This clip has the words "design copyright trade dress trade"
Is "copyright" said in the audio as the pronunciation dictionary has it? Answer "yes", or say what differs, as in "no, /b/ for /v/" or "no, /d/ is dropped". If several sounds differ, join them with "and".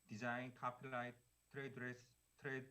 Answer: no, /l/ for /ɹ/